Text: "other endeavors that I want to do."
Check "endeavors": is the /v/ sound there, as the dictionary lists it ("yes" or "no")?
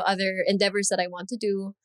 yes